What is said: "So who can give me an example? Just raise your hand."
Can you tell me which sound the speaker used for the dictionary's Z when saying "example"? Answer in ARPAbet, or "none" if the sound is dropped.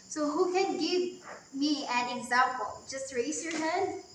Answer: Z